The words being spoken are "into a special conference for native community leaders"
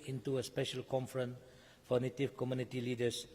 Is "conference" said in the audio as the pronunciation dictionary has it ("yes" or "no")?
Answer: no